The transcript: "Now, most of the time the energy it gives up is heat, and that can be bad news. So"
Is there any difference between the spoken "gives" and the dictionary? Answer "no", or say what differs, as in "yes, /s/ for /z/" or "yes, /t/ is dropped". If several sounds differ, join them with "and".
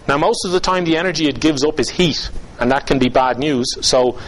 no